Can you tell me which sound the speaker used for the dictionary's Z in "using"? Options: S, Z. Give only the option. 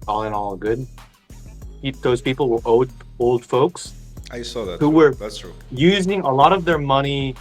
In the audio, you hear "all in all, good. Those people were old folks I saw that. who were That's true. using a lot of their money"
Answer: Z